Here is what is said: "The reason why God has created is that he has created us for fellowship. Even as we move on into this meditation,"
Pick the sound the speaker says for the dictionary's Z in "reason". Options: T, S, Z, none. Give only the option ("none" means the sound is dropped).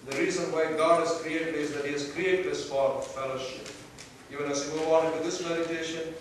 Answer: Z